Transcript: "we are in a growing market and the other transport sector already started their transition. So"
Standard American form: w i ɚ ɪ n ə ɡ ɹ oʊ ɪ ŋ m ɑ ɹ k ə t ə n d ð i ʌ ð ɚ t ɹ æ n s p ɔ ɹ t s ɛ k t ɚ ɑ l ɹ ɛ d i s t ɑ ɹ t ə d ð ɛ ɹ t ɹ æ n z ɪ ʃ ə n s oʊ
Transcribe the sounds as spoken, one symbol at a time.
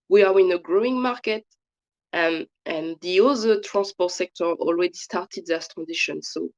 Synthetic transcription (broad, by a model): w i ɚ ɪ n ə ɡ ɹ oʊ ɪ ŋ m ɑ ɹ k ə t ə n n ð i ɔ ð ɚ t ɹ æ n s p ɔ t s ɛ k t ɚ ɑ l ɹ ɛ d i s t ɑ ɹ t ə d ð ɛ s t ɹ æ n z ɪ ʃ ə n s oʊ